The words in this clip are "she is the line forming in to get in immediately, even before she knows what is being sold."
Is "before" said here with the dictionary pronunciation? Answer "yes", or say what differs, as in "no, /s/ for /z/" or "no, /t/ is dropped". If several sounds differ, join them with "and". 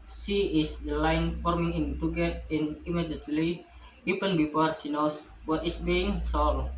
no, /p/ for /f/